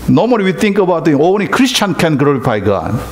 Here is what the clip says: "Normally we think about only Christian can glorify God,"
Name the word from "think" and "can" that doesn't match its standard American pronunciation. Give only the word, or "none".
think